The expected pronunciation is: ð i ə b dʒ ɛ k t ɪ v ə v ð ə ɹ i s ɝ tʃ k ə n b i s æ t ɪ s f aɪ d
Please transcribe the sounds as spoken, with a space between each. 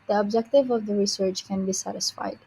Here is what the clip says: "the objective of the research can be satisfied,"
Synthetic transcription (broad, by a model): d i ə b dʒ ɛ k t ɪ v ə v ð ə ɹ i s ɝ tʃ k ə n b i s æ t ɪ s f aɪ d